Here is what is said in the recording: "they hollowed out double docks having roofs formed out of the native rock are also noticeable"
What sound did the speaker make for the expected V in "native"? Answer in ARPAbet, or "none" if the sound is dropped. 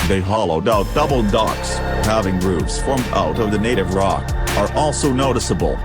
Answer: V